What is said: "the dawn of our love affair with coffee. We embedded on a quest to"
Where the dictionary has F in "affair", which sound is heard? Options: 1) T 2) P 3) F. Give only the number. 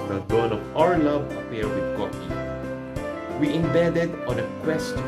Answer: 2